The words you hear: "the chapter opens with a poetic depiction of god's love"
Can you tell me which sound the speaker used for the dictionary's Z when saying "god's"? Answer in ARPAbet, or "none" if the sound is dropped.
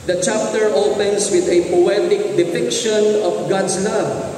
S